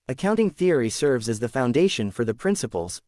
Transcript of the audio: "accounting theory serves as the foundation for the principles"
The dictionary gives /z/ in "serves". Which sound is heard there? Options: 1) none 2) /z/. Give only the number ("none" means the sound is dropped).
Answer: 2